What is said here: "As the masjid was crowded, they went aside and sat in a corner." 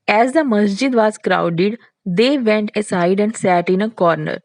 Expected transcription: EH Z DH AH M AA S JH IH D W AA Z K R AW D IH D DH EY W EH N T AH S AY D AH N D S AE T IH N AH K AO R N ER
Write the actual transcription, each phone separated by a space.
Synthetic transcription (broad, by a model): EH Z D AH M AA S JH IH D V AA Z K R AW D IH D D EY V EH N T AH S AY D AH N D S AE T IH N AH K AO R N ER